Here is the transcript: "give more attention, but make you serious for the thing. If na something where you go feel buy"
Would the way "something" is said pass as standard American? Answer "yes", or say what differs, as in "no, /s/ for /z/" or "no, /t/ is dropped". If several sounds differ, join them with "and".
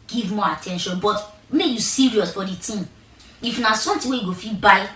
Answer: no, /t/ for /θ/